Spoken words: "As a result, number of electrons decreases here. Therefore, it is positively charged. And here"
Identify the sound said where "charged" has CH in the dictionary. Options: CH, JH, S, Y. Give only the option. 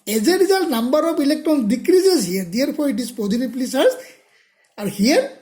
S